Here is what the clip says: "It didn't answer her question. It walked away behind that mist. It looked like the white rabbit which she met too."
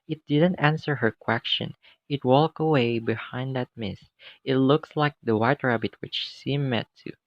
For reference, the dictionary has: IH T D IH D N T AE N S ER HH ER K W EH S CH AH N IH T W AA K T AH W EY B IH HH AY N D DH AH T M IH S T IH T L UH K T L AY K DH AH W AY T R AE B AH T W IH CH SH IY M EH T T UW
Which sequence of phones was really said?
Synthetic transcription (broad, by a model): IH T D IH D N T AE N S ER HH ER K W EH S CH AH N IH T W AA K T AH W EY B IH HH AY N D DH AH T M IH S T IH T L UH K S L AY K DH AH W AY T R AE B AH T W IH CH S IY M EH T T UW